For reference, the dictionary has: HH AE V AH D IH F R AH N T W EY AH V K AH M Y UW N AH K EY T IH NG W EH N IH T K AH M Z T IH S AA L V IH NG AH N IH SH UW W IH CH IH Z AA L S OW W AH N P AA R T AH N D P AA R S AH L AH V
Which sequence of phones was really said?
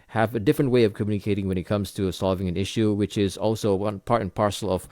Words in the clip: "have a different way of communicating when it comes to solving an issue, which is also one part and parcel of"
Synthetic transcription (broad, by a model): HH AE V AH D IH F R AH N T W EY AH V K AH M Y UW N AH K EY T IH NG W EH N IH T K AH M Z T IH S AA L V IH NG AH N IH SH UW W IH CH IH Z AA L S OW W AH N P AA R T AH N P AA R S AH L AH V